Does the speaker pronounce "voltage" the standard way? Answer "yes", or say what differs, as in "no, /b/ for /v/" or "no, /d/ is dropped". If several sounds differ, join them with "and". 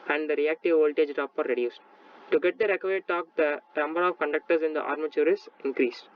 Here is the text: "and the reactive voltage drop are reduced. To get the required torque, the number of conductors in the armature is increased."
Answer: yes